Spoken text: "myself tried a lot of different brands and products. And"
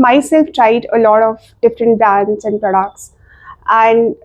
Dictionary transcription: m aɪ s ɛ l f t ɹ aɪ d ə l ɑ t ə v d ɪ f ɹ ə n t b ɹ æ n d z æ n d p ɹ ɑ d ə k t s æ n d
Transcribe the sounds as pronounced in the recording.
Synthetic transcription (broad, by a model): m aɪ s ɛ l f t ɹ aɪ d ə l ɑ t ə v d ɪ f ɹ ə n t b æ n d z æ n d p ɹ ɑ d ə k t s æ n d